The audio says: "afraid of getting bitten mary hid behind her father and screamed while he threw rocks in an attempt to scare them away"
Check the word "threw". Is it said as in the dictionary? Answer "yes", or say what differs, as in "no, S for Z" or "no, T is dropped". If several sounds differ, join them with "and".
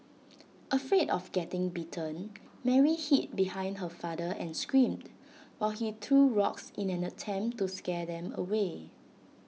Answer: no, T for TH